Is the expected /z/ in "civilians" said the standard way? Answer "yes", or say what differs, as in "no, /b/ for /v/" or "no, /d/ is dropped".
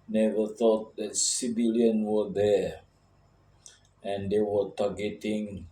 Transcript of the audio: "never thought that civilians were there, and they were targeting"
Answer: no, /z/ is dropped